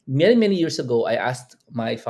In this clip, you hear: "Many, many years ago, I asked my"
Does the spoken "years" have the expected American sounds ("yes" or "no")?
no